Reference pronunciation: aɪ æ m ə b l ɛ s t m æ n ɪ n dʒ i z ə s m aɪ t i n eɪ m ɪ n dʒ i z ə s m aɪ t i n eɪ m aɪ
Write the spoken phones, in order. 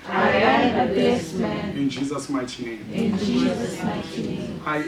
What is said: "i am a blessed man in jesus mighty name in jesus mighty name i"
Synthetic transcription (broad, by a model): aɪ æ ə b ɛ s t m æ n ɪ n dʒ i z ə s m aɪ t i n eɪ m ɪ n dʒ i z ə s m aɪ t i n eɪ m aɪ